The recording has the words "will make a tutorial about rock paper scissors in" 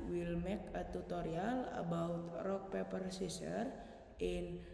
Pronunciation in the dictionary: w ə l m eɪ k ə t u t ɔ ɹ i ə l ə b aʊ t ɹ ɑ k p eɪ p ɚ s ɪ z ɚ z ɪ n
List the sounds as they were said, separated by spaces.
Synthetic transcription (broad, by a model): w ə l m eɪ k ə t u t ɔ ɹ i ə l ə b aʊ t ɹ ɑ k p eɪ p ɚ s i s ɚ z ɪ n